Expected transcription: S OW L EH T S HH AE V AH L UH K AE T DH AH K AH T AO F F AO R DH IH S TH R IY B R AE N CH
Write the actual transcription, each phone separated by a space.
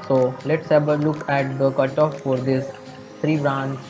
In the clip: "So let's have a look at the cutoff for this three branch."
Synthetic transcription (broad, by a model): S OW L EH T S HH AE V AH L UH K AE T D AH K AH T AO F F AO R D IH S T R IY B R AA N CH